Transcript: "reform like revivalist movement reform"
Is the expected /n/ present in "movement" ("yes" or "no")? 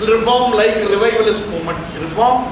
no